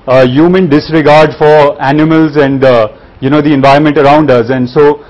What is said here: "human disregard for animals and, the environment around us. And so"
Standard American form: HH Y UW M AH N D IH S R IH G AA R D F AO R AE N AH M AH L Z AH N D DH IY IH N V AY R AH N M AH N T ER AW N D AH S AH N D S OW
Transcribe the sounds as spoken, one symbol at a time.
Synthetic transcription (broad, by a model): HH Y UW M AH N D IH S R IH G AA R D F AO R AE N AH M AH L Z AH N D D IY IH N V AY R AH N M AH N T ER AW N D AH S AH N D S OW